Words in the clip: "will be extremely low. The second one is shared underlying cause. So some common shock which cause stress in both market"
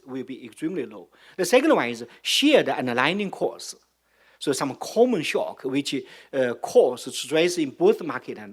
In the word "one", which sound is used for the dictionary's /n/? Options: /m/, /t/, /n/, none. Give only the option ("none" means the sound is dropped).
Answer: none